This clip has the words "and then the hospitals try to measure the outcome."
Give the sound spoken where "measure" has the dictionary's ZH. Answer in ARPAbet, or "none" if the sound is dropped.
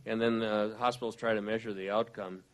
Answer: ZH